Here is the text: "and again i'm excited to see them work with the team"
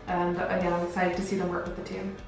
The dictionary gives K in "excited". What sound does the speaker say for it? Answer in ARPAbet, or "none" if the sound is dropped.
none